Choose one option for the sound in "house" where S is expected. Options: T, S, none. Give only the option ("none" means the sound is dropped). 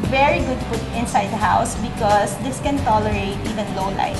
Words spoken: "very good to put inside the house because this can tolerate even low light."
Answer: S